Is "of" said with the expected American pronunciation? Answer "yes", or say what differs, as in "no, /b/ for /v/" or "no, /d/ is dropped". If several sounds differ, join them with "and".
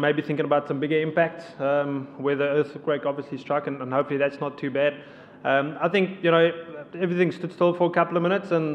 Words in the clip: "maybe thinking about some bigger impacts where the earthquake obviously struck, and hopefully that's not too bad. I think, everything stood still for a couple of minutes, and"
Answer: yes